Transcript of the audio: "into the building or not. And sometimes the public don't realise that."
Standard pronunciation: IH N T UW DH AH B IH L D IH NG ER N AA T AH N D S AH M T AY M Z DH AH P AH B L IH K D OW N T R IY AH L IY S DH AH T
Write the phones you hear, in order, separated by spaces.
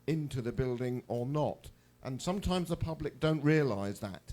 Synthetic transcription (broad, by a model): IH N T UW DH AH B IH L D IH NG ER N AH T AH N S AH M T AY M Z DH AH P AH B L IH K D OW N T R IY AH L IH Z DH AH T